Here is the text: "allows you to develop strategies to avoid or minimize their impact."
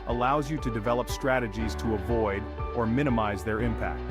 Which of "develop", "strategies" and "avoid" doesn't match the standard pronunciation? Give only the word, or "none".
none